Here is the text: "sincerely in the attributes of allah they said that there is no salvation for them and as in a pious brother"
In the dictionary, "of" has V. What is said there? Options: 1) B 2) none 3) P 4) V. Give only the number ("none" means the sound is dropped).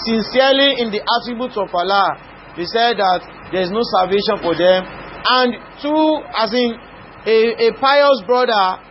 3